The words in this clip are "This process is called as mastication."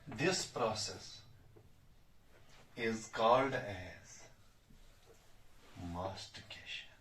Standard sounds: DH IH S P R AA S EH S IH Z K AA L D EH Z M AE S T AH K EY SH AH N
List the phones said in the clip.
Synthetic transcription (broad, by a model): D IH S P R AA S EH S IH Z K AA L D EH Z M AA S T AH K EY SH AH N